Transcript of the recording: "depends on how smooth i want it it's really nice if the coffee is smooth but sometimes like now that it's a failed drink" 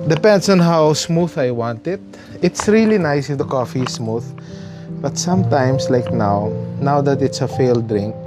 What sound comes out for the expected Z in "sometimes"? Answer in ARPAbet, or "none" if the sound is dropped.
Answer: S